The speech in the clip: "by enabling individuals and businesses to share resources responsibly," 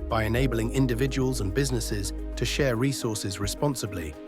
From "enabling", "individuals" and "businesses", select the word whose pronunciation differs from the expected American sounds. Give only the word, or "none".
none